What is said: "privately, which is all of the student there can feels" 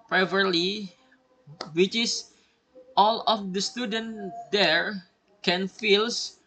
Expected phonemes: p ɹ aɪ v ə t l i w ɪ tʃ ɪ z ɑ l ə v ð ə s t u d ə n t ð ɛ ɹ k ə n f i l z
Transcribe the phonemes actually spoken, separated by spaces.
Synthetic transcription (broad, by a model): p ɹ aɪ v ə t l i w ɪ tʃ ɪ s ɑ l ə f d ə s t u d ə n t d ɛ ɹ k ə n f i l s